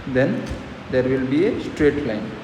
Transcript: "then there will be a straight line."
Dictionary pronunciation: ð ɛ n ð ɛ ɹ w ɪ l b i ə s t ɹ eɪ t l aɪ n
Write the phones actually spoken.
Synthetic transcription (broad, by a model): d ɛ n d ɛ ɹ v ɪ l b i ə s t ɹ eɪ t l aɪ n